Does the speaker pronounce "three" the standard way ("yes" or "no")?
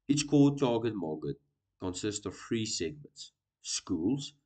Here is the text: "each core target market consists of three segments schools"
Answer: no